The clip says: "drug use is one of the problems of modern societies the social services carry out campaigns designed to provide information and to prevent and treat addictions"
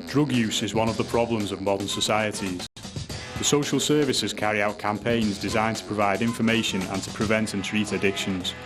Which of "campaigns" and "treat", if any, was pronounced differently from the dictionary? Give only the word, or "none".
none